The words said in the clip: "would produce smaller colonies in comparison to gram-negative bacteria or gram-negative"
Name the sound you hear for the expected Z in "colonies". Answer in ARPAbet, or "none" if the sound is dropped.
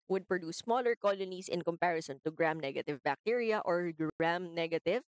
S